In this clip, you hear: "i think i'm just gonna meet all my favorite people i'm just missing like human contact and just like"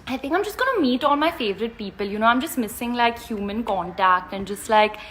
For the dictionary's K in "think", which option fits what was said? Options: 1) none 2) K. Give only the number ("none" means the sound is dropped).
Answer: 2